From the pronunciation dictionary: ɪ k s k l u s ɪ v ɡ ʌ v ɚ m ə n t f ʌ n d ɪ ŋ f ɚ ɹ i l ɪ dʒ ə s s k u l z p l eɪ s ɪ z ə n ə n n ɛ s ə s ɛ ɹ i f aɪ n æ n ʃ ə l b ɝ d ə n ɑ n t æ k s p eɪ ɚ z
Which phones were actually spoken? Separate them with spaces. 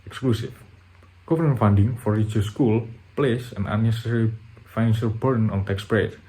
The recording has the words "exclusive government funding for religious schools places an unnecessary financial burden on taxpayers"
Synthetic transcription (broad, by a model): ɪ k s k l u s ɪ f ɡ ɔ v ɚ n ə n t f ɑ n d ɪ ŋ f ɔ ɹ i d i ə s s k u l p l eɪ s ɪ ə n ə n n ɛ s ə s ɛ ɹ i f aɪ n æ n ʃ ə l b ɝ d n ɑ n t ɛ k s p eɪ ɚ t